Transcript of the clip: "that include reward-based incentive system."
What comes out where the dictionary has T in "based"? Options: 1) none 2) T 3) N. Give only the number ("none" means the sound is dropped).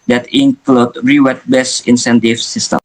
1